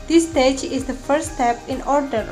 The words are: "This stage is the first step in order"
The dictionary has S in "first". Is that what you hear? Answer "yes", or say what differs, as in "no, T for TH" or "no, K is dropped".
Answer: no, S is dropped